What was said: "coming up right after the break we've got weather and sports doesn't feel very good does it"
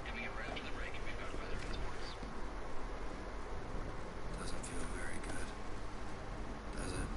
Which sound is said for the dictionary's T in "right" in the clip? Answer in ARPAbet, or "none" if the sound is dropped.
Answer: none